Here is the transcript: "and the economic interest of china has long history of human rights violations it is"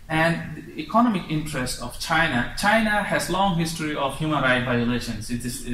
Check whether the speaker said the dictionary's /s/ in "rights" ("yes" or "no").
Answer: no